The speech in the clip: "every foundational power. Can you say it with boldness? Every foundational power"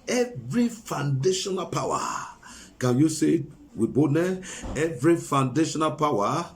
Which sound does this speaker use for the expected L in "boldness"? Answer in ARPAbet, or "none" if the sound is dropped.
none